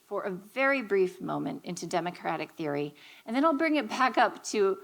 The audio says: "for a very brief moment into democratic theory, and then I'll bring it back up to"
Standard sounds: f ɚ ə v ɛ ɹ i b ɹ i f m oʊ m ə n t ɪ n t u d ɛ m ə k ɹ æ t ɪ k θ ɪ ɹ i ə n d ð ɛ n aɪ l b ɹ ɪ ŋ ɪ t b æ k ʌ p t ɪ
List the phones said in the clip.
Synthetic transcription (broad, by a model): f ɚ ə v ɛ ɹ i b ɹ i f m oʊ m ə n t ɪ n t u d ɛ m ə k ɹ æ t ɪ k θ ɪ ɹ i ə n ð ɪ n aɪ l b ɹ ɪ ŋ ɪ t b æ k ʌ p t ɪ